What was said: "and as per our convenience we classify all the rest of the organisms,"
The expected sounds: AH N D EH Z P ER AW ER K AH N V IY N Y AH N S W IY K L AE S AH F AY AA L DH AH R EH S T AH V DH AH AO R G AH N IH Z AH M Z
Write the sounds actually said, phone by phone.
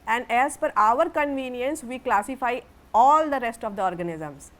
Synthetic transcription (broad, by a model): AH N D EH Z F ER AW ER K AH N V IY N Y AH N S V IY K L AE S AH F AY AA L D AH R EH S T AH V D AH AO R G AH N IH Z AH M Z